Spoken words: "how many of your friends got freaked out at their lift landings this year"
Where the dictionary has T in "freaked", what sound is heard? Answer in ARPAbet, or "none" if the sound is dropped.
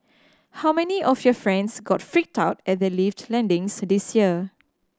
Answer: T